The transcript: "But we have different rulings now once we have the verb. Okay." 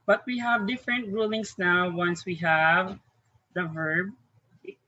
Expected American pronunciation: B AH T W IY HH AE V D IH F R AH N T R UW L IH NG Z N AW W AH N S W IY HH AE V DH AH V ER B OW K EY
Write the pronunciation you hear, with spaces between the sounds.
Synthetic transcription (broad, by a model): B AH T W IY HH AE V D IH F R AH N T R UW L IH NG S N AW W AH N S W IY HH AE V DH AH V ER B